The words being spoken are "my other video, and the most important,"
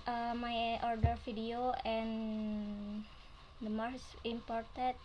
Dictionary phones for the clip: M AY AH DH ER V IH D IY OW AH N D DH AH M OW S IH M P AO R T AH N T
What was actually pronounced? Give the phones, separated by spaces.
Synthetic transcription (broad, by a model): M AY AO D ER F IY D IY OW AH N D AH M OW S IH M P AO R T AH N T